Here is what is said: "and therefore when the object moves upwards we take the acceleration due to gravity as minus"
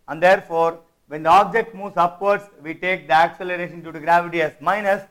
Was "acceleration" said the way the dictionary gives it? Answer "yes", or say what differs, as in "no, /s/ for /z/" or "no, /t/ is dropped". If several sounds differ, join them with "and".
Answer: yes